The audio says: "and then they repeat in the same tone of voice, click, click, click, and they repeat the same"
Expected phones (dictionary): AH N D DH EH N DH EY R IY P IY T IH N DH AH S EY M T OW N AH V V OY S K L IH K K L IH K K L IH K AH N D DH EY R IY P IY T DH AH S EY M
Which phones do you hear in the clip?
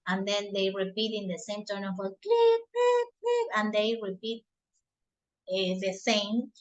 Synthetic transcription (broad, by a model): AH N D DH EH N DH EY R IY P IY T IH N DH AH S EY M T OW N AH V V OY K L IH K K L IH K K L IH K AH N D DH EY R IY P IY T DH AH S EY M